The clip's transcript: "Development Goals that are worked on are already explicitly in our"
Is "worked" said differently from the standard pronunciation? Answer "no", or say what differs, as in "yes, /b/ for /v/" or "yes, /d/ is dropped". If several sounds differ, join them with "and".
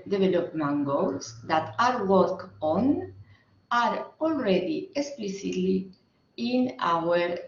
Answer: yes, /t/ is dropped